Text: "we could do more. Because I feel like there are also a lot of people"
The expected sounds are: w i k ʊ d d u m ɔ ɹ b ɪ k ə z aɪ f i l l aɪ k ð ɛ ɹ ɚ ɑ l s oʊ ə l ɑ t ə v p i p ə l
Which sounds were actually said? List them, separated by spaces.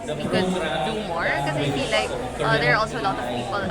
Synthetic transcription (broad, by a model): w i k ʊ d d u m ɔ ɹ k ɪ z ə ɪ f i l l aɪ k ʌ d ɚ ɑ l s oʊ ə l ɑ t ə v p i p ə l